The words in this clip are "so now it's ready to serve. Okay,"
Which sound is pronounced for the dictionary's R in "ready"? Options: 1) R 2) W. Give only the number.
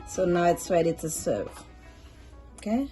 2